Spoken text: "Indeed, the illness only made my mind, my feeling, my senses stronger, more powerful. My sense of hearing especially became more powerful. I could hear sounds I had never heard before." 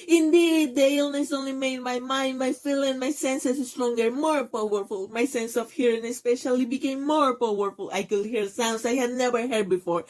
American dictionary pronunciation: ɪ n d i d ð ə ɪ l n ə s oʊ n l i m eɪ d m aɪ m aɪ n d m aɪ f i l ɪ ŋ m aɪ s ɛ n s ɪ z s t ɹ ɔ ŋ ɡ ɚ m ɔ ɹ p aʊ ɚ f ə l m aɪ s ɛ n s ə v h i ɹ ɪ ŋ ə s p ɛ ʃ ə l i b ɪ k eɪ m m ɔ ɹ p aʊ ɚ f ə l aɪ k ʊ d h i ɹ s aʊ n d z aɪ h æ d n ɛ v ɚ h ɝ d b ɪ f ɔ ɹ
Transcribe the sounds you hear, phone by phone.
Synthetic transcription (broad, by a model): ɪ n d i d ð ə ɪ l n ə s oʊ n l i m eɪ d m aɪ m aɪ n d m aɪ f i l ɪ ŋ m aɪ s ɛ n s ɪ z s t ɹ ɔ ŋ ɡ ɚ m ɔ ɹ p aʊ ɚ f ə l m aɪ s ɛ n s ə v h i ɹ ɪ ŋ ə s p ɛ ʃ ə l i b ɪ k eɪ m m ɔ ɹ p aʊ ɚ f ə l aɪ k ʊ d h i ɹ s aʊ n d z aɪ h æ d n ɛ v ɚ h ɝ d b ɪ f ɔ ɹ